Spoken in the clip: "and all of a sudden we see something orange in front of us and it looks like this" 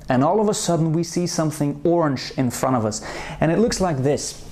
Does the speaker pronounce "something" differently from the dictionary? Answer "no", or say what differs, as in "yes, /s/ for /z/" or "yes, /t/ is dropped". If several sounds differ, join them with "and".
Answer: no